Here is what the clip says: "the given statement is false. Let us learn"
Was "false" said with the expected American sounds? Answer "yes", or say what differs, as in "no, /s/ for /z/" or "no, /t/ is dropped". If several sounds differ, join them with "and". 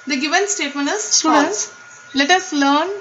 no, /n/ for /l/